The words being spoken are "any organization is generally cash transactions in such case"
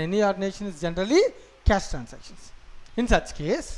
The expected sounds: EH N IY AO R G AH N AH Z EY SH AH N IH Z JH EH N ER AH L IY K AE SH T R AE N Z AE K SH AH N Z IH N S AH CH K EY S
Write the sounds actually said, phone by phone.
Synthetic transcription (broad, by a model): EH N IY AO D N EY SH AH N IH Z JH EH N ER AH L IY K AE S T R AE N S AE K SH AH N S IH N S AH CH K EY S